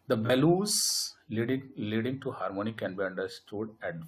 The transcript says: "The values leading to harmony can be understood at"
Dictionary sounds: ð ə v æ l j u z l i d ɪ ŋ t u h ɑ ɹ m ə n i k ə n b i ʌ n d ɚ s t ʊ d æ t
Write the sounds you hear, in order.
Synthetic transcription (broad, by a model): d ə b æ l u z l i d ɪ ŋ t u h ɑ ɹ m ə n i k ə n b i ʌ n d ɚ s t ʊ d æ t